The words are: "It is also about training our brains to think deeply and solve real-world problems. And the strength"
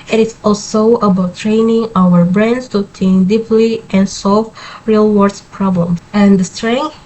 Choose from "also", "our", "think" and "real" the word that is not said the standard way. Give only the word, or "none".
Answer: think